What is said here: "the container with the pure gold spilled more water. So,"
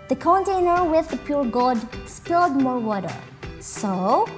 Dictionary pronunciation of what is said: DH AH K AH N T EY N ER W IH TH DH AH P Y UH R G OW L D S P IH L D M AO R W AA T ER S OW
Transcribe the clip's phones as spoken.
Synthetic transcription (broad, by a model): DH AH K AH N T EY N ER W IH DH AH P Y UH R G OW D S P IH L D M AO R W AA T ER S OW